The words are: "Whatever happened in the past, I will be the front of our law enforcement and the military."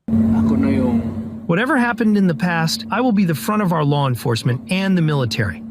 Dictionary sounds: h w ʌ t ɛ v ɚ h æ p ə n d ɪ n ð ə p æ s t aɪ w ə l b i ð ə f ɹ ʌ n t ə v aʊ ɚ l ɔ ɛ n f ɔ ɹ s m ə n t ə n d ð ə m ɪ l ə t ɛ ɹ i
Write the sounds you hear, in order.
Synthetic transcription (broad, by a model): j w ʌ t ɛ v ɚ h æ p ə n d ɪ n ð ə p æ s t aɪ w ə l b i ð ə f ɹ ʌ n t ə v aʊ ɚ l ɔ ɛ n f ɔ ɹ s m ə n t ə n ð ə m ɪ l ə t ɛ ɹ i